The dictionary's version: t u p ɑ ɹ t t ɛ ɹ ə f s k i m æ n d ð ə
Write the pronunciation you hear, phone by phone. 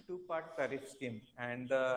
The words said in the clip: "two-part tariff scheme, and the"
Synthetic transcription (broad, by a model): t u p ɑ ɹ t s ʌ ɹ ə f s i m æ n d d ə